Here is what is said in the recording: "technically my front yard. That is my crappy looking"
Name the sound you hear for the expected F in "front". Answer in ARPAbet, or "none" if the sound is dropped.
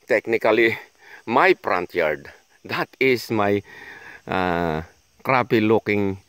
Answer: P